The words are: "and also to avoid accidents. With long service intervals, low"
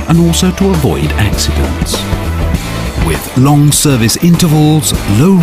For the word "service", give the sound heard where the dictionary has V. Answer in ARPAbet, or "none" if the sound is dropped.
V